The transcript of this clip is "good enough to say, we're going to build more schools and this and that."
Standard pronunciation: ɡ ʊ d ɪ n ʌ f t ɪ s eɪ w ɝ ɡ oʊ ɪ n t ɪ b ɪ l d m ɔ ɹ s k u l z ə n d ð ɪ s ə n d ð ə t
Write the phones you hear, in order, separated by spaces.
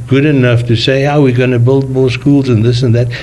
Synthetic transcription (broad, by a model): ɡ ʊ d ɪ n ʌ f t ɪ s eɪ w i ɡ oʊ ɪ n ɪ b ɪ l d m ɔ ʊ s k u l z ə n ð ɪ s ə n ð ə t